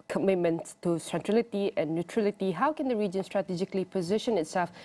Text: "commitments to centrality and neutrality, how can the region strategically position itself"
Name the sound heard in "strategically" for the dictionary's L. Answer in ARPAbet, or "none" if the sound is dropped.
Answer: L